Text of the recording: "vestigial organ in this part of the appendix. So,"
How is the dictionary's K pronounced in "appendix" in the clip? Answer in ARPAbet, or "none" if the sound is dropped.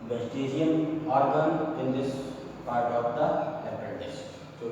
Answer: none